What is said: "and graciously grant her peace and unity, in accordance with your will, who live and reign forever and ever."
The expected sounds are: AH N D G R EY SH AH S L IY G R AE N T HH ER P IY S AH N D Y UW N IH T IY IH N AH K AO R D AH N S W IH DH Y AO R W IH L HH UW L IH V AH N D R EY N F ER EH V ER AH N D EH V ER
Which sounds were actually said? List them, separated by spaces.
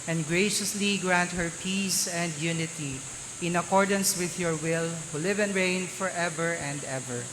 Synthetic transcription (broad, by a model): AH N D G R EY SH AH S L IY G R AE N T HH ER P IY S AH N D Y UW N IH T IY IH N AH K AO R D AH N S W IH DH Y AO R W IH L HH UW L IH V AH N R EY N F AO EH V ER AH N D EH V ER